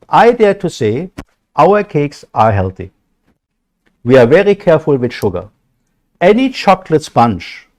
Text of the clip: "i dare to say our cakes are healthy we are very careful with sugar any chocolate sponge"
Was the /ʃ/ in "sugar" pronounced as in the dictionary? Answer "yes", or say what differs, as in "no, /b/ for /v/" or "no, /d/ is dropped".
yes